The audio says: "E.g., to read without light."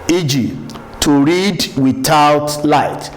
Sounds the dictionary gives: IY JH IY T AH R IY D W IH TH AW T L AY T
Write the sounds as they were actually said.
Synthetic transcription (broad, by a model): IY JH IY T AH R IY D W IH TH AW T L AY T